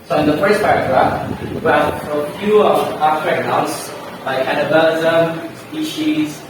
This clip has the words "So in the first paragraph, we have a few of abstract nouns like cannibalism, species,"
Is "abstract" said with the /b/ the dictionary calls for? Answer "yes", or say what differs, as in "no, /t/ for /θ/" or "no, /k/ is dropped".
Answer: no, /b/ is dropped